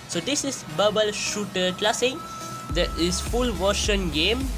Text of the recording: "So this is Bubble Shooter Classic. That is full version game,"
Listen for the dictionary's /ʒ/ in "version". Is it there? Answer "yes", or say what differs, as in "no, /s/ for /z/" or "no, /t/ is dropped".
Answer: no, /ʃ/ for /ʒ/